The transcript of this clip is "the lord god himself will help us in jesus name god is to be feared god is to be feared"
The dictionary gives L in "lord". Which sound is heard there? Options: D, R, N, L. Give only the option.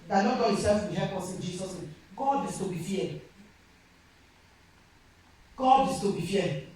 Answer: N